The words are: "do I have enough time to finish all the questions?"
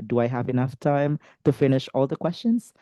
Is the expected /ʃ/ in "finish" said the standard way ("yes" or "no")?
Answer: yes